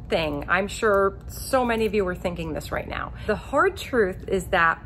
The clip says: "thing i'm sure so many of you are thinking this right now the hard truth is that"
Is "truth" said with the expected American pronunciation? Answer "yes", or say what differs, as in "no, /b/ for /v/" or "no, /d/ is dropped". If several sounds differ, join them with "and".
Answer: yes